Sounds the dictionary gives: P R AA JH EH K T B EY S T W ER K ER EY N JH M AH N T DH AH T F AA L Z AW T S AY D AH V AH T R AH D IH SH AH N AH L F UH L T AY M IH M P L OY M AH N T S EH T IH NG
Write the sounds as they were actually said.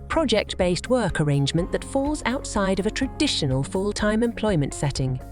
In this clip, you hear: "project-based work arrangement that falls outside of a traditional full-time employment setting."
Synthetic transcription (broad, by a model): P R AA JH EH K T B EY S T W ER K ER EY N JH M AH N DH AH T F AA L Z AW T S AY D AH V AH T R AH D IH SH AH N AH L F UH L T AY M IH M P L OY M AH N T S EH T IH NG